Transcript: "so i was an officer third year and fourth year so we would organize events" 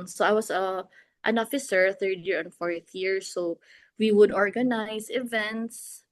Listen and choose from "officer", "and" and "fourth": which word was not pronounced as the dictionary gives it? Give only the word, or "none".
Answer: none